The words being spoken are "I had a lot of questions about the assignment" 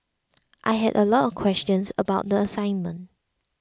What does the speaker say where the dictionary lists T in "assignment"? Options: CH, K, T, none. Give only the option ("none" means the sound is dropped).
T